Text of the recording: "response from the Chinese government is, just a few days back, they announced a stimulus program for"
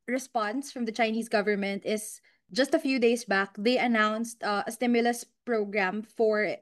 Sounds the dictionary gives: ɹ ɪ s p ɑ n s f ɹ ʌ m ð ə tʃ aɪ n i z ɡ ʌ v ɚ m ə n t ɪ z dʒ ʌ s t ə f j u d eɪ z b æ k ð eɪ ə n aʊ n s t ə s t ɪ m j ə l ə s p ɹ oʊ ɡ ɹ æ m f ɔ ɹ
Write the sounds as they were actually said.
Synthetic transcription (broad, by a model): ɹ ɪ s p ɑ n s f ɹ ʌ m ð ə tʃ aɪ n i s ɡ ʌ v ɚ m ə n t ɪ s dʒ ʌ s t ə f j u d eɪ s b æ k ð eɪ ə n aʊ n s t ə s t ɪ m j ə l ə s p ɹ oʊ ɡ ɹ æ m f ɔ ɹ